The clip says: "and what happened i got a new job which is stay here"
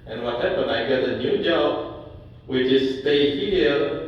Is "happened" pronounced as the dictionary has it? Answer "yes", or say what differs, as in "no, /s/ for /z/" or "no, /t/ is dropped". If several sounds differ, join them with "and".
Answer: no, /d/ is dropped